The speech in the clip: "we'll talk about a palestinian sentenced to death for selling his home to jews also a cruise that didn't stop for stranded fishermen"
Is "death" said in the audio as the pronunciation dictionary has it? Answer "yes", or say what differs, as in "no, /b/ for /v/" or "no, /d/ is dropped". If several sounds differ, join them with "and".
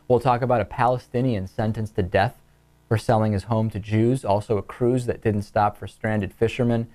yes